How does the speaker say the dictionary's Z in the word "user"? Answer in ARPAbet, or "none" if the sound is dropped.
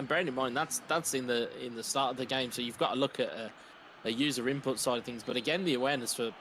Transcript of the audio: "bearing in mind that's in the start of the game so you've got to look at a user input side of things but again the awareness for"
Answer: Z